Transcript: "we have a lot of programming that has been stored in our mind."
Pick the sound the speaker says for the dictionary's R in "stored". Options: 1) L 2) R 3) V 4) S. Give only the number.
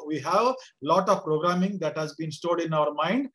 1